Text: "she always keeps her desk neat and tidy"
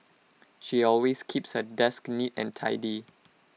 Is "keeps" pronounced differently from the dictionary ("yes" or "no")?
no